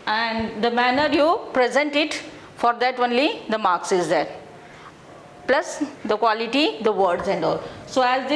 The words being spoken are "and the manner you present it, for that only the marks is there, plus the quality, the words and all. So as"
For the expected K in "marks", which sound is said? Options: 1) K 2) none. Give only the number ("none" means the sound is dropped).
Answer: 1